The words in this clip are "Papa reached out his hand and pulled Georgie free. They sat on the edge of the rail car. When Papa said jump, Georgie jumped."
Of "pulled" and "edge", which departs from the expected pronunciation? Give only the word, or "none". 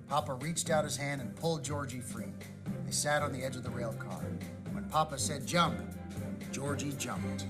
none